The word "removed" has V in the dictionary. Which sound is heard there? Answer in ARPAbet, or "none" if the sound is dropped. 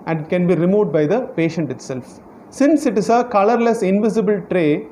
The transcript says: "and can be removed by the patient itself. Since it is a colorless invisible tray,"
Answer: none